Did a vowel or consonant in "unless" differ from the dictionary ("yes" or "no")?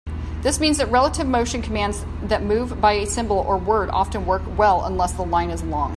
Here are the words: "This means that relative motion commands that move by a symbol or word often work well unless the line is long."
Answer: no